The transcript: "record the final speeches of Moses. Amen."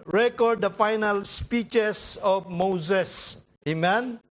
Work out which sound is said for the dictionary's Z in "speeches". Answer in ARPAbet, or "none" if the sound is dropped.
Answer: S